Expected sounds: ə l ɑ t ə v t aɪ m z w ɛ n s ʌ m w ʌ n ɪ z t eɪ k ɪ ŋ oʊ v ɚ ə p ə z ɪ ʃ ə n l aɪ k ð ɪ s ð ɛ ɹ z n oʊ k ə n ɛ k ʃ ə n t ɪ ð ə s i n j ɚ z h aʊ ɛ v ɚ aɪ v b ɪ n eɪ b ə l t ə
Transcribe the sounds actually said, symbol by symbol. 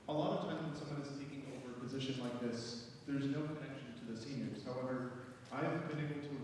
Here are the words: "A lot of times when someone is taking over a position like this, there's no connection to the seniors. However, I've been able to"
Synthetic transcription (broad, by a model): ə l ɑ t ə v t aɪ m z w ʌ n s ʌ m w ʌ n ɪ z t eɪ k ɪ ŋ oʊ v ɚ ə p ə z ɪ ʃ ə n l aɪ k ð ɪ s ð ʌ ɹ z n oʊ k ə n ɛ k ʃ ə n t ɪ ð ə s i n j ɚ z h aʊ ɛ v ɚ aɪ v b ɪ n eɪ b l t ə